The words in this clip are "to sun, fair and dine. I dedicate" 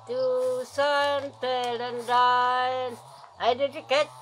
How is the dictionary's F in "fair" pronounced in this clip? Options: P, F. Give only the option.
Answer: P